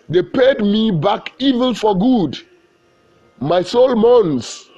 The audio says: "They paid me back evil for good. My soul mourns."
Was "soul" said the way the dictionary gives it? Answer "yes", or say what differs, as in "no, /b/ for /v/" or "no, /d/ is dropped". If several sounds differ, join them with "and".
yes